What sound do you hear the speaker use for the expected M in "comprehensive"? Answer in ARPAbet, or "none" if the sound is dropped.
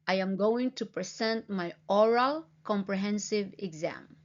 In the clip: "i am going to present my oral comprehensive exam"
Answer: M